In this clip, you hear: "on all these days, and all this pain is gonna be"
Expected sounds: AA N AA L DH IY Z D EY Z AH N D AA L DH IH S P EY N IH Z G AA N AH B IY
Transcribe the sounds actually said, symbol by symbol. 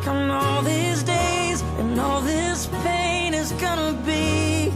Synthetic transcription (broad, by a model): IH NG AA L DH IY Z D EY Z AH N AA L DH IH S P EY N IH Z G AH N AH B IY